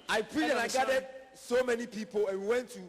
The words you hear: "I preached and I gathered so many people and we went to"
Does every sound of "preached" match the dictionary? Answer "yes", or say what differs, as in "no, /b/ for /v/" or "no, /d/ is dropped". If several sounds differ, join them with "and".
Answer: no, /tʃ/ is dropped